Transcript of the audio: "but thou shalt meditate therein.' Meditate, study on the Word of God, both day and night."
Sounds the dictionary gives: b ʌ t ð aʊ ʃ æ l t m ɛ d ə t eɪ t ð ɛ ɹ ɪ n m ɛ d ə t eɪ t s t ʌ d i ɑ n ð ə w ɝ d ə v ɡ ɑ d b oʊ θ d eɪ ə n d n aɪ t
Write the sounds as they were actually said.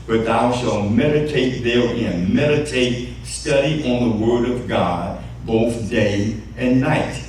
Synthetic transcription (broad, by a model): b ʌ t ð aʊ ʃ æ l t m ɛ d ə t eɪ t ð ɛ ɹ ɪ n m ɛ d ə t eɪ t s t ʌ d i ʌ n ð ə w ɝ d ə v ɡ ɑ d b oʊ θ d eɪ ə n n aɪ t